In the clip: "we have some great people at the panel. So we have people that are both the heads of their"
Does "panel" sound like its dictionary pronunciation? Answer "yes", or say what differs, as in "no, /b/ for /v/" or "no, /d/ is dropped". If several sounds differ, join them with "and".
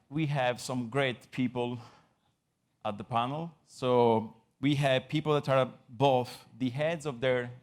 yes